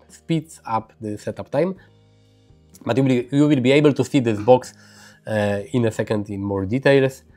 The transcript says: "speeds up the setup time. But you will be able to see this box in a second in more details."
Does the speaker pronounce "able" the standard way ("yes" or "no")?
yes